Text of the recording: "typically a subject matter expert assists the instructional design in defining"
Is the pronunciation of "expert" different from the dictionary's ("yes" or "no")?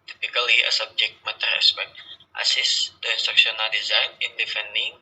yes